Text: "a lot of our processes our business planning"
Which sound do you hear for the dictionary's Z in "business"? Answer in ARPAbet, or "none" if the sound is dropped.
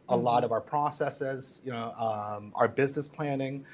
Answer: Z